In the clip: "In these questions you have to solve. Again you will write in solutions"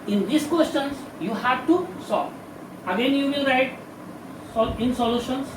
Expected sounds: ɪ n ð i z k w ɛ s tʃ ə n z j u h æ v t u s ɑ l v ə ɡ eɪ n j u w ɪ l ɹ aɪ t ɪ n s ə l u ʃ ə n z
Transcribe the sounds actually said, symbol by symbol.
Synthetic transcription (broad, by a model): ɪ n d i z k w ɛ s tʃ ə n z j u h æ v t u s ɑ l ə ɡ eɪ n j u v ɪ l ɹ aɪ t ɪ n s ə l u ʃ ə n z